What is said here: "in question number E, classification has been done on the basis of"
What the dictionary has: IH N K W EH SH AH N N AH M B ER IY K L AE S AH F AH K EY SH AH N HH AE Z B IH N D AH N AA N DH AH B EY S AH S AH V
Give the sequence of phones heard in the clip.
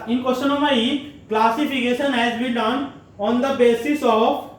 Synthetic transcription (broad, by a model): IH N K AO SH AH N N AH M ER IY K L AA S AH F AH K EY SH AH N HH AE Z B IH D AH N AA N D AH B EY S AH S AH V